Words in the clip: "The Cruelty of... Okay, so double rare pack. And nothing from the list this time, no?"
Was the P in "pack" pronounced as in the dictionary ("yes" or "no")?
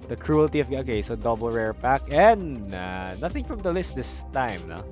yes